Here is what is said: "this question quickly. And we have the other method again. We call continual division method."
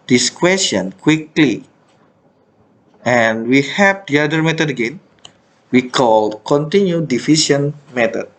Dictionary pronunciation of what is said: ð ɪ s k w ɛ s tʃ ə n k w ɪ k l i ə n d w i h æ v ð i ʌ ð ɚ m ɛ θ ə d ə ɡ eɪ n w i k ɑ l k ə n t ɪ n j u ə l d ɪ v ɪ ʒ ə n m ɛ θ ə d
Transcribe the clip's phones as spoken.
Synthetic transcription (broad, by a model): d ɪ s k w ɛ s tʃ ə n k w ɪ k l i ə n w i h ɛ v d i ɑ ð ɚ m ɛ t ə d ə ɡ eɪ n w i k ɑ l k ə n t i n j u d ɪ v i s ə n m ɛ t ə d